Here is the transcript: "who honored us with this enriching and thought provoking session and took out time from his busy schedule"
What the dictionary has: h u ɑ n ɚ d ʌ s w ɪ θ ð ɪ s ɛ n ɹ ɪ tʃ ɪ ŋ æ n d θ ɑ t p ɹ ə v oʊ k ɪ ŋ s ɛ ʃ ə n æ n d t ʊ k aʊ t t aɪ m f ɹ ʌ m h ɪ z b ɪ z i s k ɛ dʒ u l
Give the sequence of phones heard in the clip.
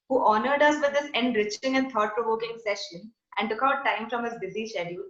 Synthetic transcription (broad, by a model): h u ɑ n ɚ d ʌ s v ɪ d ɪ s ɛ n ɹ ɪ tʃ ɪ ŋ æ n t ɑ t p ɹ ə v oʊ k ɪ ŋ s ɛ ʃ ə n æ n d t ʊ k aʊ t t aɪ m f ɹ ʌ m h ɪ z b ɪ z i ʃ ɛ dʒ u